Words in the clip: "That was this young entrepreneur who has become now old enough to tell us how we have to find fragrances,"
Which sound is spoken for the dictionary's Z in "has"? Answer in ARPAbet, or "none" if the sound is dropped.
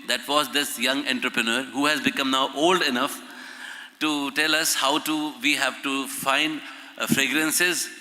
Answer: Z